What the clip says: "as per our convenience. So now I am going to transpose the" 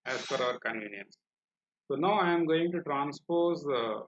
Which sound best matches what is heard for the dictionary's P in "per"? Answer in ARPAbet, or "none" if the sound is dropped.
F